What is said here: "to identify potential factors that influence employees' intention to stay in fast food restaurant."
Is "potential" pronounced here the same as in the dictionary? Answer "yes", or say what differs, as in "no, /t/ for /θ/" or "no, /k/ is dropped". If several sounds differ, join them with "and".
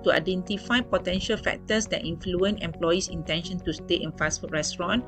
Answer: yes